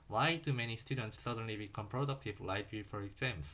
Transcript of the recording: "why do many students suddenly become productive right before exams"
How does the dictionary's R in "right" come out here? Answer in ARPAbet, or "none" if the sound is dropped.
L